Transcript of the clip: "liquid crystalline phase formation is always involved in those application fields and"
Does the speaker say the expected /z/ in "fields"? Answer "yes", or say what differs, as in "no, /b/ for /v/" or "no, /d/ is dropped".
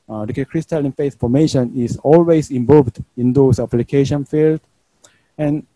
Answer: no, /z/ is dropped